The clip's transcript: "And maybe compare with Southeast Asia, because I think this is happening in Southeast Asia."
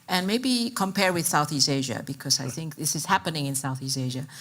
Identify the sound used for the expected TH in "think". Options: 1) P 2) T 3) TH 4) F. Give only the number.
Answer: 3